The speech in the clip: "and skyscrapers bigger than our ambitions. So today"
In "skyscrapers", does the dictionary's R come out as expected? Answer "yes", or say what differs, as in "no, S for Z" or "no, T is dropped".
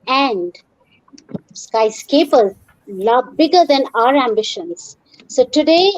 no, R is dropped